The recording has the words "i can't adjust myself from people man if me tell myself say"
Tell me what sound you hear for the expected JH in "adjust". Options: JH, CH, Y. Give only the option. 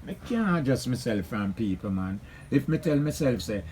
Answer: JH